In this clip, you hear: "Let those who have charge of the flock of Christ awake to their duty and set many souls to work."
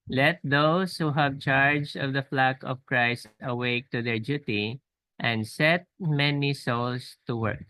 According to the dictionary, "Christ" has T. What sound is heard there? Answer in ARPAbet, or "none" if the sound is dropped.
T